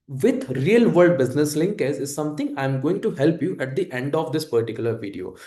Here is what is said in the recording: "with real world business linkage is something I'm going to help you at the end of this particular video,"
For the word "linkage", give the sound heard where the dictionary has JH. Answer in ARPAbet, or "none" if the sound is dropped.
Z